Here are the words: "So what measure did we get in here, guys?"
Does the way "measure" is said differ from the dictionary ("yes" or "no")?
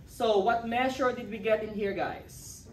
yes